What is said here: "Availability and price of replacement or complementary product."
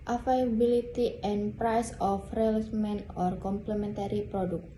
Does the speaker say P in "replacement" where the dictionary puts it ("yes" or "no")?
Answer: no